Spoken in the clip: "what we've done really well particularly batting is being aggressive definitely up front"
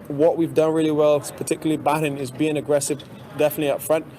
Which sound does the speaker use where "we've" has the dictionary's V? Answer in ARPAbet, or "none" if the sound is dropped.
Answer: V